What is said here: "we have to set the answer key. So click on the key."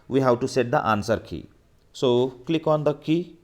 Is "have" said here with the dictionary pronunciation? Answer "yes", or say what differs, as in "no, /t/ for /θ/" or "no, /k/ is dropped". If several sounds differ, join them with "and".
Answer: no, /w/ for /v/